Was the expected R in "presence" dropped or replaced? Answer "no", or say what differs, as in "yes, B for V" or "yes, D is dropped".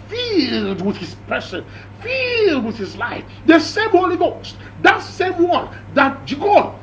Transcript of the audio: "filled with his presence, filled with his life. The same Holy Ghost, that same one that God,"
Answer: yes, R is dropped